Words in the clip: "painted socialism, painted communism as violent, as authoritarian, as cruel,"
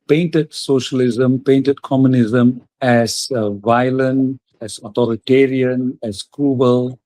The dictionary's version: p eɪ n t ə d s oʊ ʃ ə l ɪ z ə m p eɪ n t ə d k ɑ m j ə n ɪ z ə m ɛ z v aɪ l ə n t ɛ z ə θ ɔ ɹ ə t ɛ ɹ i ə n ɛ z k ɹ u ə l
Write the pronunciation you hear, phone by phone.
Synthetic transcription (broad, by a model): p eɪ n t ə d s oʊ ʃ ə l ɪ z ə m p eɪ n t ə d k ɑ m j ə n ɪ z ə m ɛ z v aɪ l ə n ɛ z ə t ɔ ɹ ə t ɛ ɹ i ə n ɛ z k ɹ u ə l